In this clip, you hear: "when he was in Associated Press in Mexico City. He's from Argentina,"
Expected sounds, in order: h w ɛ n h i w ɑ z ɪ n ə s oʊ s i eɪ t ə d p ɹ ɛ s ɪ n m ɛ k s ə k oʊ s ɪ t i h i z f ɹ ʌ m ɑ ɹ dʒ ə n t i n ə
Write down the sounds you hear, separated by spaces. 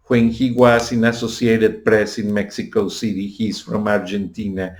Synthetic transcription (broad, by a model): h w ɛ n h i w ɑ s ɪ n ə s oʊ s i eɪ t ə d p ɹ ɛ s ɪ n m ɛ k s ə k oʊ s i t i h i s f ɹ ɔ m ɑ ɹ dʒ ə n t i n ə